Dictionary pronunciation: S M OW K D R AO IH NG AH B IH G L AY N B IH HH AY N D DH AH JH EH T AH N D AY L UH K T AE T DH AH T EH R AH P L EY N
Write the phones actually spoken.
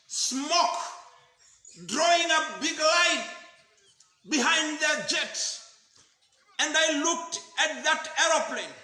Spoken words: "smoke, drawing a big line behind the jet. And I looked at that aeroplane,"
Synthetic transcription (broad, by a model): S M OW K D R AO IH NG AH B IH G L AY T B IH HH AY N D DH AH JH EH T AH N D AY L UH K T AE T DH AH T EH R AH P L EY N